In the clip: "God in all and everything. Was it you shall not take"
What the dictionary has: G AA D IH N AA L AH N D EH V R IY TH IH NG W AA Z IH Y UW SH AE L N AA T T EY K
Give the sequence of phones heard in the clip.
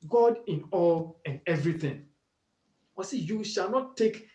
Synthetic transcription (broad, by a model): G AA D IH N AA L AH N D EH V R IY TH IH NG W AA S IH Y UW SH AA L N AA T T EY K